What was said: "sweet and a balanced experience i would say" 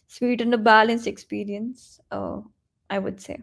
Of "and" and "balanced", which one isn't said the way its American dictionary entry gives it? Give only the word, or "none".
balanced